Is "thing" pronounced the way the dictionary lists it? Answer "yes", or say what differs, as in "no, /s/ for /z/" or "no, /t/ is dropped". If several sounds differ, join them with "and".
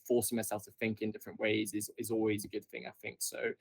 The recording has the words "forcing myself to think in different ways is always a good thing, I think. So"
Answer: yes